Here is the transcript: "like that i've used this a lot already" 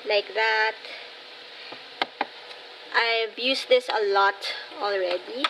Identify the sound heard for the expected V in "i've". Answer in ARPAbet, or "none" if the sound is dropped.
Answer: B